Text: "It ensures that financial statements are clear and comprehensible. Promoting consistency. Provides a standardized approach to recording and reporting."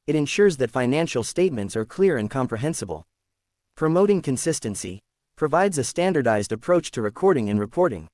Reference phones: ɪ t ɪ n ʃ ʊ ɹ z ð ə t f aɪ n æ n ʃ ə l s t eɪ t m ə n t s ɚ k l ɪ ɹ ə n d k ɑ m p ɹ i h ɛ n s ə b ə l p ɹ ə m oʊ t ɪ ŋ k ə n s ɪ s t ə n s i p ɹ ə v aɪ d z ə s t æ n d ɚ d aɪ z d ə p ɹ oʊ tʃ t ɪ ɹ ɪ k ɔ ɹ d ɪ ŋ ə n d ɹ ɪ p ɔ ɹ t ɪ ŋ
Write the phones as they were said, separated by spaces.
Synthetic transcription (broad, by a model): ɪ t ɪ n ʃ ʊ ɹ z ð ə t f aɪ n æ n ʃ l s t eɪ t m ə n t s ɚ k l ɪ ɹ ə n k ɑ m p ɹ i h ɛ n s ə b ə l p ɹ ə m oʊ t ɪ ŋ k ə n s ɪ s t ə n s i p ɹ ə v aɪ d z ə s t æ n d ɚ d aɪ z d ə p ɹ oʊ tʃ t ɪ ɹ ɪ k ɔ ɹ d ɪ ŋ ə n ɹ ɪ p ɔ ɹ t ɪ ŋ